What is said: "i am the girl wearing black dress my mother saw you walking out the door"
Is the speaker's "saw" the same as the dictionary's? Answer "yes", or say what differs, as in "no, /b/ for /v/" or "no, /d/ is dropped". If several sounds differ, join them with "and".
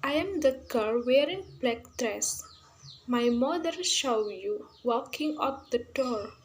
no, /ʃ/ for /s/